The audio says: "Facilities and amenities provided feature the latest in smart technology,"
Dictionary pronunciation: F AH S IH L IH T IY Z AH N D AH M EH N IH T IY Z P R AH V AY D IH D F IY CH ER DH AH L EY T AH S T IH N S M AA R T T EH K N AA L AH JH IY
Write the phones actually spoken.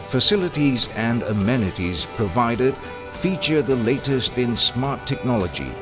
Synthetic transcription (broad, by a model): F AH S IH L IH T IY Z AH N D AH M EH N IH T IY Z P R AH V AY D IH D F IY CH ER DH AH L EY T AH S T IH N S M AA R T T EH K N AA L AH JH IY